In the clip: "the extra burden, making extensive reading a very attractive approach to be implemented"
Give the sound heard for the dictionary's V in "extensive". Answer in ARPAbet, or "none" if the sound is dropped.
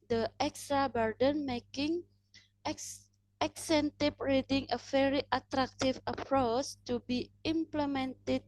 P